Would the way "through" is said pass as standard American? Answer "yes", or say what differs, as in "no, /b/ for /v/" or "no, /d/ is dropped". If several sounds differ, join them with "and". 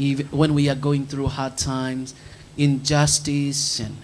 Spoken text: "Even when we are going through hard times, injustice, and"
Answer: yes